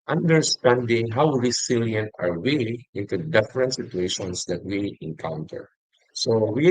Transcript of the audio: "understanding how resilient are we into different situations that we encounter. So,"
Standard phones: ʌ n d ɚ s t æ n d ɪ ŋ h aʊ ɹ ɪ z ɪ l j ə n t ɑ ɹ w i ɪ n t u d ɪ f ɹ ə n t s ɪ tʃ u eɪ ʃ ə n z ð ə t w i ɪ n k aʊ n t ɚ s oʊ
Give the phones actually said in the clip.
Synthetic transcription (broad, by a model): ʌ n d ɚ s t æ n d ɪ ŋ h aʊ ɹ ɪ s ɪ l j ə n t ɑ ɹ w i ɪ n t u d ɪ f ɹ ə n t s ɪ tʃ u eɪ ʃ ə n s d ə t w i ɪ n k aʊ n t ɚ s oʊ